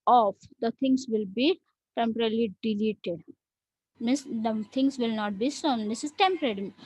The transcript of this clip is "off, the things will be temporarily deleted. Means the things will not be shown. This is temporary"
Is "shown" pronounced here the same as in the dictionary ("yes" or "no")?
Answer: no